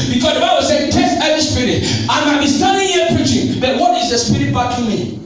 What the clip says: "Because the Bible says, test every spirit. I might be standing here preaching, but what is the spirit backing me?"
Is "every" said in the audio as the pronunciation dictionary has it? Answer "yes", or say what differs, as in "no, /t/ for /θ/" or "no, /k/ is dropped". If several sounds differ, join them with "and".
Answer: no, /ɹ/ is dropped